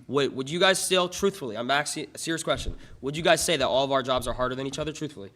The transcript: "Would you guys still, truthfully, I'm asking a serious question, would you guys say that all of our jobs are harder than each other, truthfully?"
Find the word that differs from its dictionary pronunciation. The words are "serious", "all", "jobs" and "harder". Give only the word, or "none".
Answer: none